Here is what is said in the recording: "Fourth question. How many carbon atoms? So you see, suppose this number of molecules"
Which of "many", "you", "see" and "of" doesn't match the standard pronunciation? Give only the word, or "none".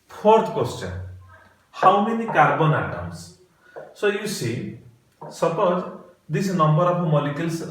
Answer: of